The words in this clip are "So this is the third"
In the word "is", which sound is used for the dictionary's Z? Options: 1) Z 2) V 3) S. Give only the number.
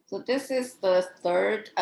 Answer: 1